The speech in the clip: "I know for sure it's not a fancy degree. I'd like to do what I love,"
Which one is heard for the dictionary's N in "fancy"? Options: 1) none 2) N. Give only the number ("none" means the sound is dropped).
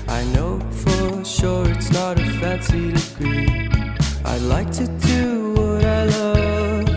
2